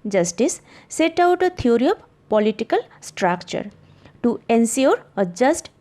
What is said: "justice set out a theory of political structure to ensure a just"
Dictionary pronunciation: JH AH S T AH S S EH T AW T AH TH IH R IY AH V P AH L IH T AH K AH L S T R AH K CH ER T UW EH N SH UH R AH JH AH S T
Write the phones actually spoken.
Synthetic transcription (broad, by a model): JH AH S T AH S S EH T AW T AH T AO R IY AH P P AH L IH T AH K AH L S T R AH K CH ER T UW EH N S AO R AH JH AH S T